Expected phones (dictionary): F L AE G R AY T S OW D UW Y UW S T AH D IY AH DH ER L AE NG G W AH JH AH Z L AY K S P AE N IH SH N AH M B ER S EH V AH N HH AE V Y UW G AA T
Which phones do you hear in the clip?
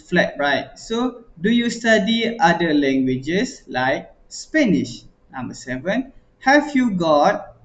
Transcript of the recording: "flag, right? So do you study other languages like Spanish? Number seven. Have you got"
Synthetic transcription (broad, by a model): F L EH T R AY T S OW D UW Y UW S T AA D IY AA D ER L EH NG G W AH JH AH S L AY K S P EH N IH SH N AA M B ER S EH V AH N HH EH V Y UW G AA T